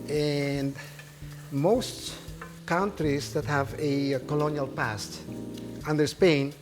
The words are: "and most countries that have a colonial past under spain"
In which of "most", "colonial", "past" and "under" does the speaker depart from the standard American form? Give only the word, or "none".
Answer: none